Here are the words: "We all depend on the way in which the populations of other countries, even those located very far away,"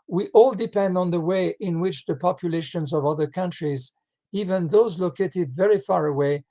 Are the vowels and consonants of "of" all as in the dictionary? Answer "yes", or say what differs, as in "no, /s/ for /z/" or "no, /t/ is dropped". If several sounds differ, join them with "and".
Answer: yes